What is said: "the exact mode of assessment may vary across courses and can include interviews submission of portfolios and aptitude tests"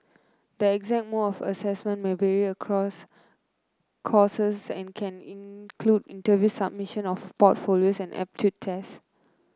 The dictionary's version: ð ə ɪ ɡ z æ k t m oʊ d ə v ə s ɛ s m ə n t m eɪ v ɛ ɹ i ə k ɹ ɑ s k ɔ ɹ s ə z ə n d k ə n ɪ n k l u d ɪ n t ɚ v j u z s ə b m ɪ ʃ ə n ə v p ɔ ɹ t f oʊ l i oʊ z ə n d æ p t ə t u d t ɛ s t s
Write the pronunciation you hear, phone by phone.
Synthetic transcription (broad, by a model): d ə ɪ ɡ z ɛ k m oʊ ə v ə s ɛ s m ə n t m eɪ v ɛ ɹ i ə k ɹ ɑ s k ɔ s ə s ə n k ə n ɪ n k l u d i n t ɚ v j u s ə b m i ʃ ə n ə f p ɔ t f oʊ l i oʊ s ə n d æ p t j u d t ɛ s s